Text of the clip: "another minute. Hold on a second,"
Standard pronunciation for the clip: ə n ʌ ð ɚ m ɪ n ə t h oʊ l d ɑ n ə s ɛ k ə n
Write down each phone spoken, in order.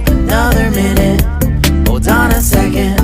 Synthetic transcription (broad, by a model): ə n ʌ ð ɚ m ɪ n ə t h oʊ d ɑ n ə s ɛ k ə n